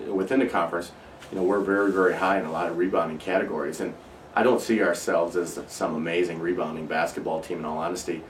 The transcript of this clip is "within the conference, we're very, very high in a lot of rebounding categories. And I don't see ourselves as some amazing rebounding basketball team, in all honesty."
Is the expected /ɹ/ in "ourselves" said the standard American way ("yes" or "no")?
yes